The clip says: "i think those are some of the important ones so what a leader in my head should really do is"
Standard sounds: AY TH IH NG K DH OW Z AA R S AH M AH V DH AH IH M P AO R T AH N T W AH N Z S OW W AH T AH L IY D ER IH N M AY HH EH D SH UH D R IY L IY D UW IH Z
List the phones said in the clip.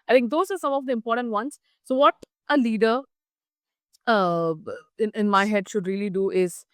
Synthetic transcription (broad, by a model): AY T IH NG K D OW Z AA R S AH M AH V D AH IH M P AO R T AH N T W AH N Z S OW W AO T AH L IY D ER IH N M AY HH EH D SH UH D R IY L IY D UW IH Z